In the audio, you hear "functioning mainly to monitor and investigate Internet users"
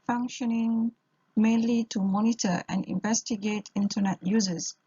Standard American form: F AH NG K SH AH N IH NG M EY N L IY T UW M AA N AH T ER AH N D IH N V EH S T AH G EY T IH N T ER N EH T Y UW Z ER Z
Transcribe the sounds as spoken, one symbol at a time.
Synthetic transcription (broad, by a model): F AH NG K SH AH N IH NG M EY N L IY T UW M AA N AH T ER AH N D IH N V EH S T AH G EY T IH N T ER N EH T Y UW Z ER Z